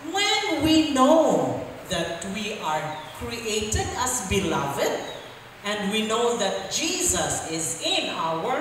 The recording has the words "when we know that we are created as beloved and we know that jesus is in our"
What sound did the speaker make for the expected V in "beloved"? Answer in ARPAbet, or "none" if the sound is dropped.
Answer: V